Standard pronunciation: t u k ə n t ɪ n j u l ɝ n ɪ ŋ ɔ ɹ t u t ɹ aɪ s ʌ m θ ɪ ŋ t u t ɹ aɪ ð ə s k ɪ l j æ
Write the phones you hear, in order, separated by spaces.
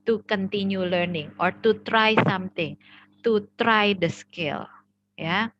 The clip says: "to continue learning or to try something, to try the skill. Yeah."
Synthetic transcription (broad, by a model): t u k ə n t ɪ n j u l ɝ n ɪ ŋ ɔ ɹ t u t ɹ aɪ s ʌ m t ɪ ŋ t u t ɹ aɪ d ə s k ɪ l j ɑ